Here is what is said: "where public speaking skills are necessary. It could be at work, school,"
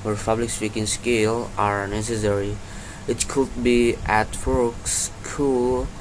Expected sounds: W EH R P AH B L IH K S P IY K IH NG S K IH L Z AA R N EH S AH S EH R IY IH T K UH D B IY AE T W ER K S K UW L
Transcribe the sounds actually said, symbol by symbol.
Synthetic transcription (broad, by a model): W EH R P AH B L IH K S P IY K IH NG S K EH L AA R N EH S AH S EH R IY IH T K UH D B IY AE T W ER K S K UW L